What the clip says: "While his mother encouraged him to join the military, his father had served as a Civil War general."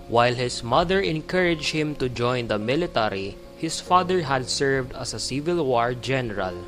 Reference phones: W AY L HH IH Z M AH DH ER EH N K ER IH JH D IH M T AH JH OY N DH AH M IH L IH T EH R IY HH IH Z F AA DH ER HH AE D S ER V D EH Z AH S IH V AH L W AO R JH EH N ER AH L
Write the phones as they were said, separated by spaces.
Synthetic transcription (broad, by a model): W AY L HH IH S M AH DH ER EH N K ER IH JH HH IH M T AH JH OY N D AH M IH L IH T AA R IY HH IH S F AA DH ER HH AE D S ER V D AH S AH S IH V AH L W AO R JH EH N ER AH L